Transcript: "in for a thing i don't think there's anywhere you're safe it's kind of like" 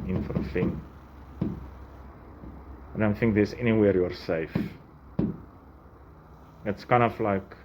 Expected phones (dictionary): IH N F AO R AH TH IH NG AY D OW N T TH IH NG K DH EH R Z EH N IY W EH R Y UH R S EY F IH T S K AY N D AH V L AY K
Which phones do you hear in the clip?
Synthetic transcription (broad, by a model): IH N F AO R AH F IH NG AY D OW N T TH IH NG K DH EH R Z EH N IY W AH R Y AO R S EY F IH T S K AY N D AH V L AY K